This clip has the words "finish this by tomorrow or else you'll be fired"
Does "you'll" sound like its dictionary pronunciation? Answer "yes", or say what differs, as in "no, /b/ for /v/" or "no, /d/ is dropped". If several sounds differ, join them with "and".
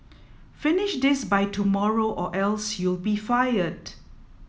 yes